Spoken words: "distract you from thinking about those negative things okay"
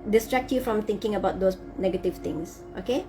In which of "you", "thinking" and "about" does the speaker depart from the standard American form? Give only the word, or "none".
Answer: thinking